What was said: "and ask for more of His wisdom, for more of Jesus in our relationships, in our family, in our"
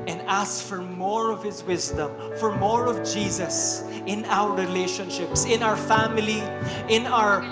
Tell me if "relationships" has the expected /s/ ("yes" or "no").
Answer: yes